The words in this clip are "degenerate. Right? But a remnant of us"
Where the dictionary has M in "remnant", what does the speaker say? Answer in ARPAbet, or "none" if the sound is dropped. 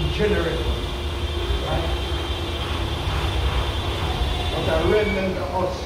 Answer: none